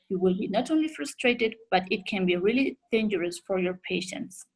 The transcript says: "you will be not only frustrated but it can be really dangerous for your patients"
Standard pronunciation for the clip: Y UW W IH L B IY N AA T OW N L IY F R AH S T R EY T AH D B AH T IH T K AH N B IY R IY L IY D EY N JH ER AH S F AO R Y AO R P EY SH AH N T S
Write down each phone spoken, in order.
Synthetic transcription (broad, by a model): Y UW W IH L B IY N AA T OW N L IY F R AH S T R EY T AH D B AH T IH T K AH N B IY R IY L IY D EY N JH ER AH S F AO R Y AO R P EY SH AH N T S